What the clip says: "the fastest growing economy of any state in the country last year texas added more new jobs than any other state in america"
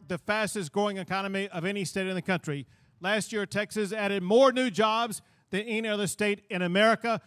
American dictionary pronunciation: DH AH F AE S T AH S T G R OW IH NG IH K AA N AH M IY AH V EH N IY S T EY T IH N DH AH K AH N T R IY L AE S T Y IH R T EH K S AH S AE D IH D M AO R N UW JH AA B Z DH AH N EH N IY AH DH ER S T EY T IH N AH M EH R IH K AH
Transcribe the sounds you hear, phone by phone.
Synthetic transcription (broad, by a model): DH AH F AE S T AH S G R OW IH NG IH K AA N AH M IY AH V EH N IY S T EY T IH N DH AH K AH N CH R IY L AE S T Y IH R T EH K S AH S AE D IH D M AO R N UW JH AA B Z DH AH N EH N IY AH DH ER S T EY T IH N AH M EH R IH K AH